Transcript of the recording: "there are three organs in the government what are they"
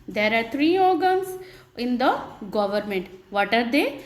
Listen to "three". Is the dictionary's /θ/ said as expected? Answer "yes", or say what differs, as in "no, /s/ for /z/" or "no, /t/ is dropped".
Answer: no, /t/ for /θ/